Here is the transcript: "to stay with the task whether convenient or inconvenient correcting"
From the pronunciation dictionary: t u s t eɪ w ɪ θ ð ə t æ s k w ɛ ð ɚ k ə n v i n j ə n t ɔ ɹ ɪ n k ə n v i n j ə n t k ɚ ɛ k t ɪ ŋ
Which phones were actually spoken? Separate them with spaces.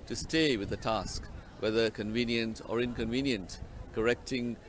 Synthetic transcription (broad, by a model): t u s t eɪ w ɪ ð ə t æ s k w ɛ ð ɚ k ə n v i n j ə n t ɔ ɹ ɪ n k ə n v i n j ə n t k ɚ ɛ k t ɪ ŋ